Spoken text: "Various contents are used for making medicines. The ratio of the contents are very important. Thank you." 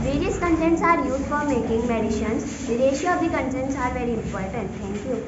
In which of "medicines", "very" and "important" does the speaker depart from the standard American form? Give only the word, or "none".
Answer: medicines